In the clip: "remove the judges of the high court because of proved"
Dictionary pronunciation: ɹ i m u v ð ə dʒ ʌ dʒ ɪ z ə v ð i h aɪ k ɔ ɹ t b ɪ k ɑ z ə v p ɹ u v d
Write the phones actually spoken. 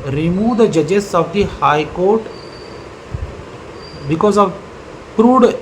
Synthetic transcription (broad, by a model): ɹ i m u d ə dʒ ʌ dʒ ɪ s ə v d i h aɪ k ɔ ɹ t b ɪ k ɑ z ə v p ɹ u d